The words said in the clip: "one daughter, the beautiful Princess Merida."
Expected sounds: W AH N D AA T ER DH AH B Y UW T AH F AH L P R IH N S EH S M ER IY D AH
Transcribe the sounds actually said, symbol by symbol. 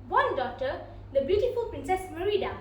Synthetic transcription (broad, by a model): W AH N D AA T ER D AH B Y UW T AH F AH L P R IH N S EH S M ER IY D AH